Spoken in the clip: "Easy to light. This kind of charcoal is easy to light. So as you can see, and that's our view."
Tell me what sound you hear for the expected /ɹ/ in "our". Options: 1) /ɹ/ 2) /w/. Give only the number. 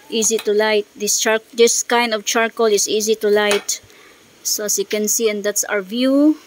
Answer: 1